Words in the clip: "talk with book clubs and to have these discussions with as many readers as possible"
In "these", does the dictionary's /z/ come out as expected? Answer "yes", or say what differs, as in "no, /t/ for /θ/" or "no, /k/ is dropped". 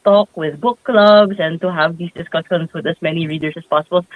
no, /s/ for /z/